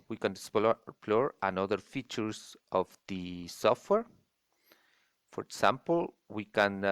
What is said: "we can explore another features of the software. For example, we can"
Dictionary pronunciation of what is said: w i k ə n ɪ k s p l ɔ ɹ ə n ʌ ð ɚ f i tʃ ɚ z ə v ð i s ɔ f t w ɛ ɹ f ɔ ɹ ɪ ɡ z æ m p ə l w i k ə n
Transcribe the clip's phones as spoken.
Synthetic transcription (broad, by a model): w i k ə n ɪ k s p l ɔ ɹ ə n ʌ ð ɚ f i tʃ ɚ s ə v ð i s ɔ f t w ɛ ɹ f ɔ ɹ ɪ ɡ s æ m p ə l w i k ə n